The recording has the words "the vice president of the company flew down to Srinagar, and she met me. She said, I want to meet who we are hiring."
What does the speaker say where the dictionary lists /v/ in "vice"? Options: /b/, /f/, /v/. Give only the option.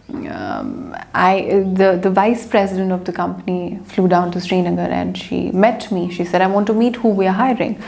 /v/